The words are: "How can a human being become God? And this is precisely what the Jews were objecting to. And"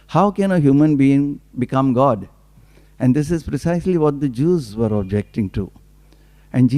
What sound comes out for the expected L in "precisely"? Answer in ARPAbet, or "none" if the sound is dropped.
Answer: L